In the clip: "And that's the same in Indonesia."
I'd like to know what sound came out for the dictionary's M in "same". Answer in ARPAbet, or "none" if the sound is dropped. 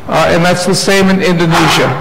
M